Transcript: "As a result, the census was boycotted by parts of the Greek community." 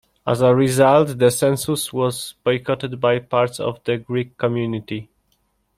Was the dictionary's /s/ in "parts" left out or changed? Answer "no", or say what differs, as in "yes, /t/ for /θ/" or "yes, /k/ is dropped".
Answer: no